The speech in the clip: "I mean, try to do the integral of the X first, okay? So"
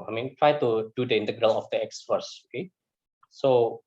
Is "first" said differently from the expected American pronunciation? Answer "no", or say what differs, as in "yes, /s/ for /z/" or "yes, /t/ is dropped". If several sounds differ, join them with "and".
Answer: yes, /t/ is dropped